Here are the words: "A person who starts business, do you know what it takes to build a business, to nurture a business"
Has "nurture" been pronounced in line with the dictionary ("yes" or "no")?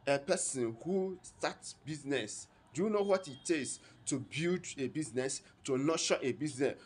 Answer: no